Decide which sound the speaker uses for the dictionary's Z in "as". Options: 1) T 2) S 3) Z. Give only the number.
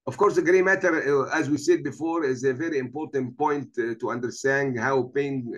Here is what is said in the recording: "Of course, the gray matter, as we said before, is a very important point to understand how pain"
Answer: 3